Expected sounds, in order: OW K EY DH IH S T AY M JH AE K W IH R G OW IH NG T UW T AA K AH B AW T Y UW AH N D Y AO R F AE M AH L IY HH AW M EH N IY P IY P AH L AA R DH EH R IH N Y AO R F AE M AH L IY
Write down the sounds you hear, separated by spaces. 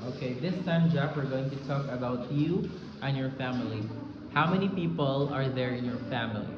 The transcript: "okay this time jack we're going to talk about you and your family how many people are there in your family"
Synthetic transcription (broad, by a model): OW K EY DH IH S T AY M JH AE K W IH R G OW IH NG T UW T AA K AH B AW T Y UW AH N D Y AO R F AE M AH L IY HH AW M EH N IY P IY P AH L AA R DH EH R IH N Y AO R F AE M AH L IY